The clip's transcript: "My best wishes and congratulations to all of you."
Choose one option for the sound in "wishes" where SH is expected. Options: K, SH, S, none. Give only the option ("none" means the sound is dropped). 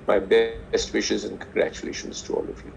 SH